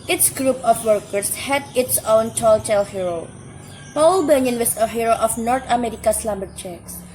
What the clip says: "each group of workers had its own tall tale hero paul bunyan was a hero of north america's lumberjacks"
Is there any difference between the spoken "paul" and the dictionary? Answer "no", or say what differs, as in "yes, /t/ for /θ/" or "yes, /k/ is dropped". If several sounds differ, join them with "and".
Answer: no